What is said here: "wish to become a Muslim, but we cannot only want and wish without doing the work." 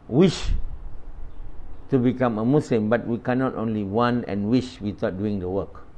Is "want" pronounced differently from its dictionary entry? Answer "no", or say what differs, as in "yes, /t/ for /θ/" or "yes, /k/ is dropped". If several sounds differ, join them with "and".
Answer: yes, /t/ is dropped